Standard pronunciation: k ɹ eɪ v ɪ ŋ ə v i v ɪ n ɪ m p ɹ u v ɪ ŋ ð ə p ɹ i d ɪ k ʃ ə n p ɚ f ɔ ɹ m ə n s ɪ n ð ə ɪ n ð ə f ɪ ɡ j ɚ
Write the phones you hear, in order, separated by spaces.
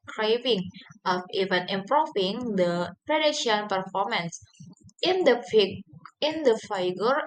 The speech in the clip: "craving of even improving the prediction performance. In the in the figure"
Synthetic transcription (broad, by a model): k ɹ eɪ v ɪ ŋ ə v i v ɪ n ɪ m p ɹ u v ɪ ŋ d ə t ɹ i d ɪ ʃ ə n p ɚ f ɔ ɹ m ə n s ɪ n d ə ɪ n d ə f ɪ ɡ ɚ